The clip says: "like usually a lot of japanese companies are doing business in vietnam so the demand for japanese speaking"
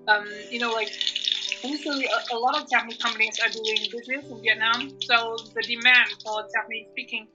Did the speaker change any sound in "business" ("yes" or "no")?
no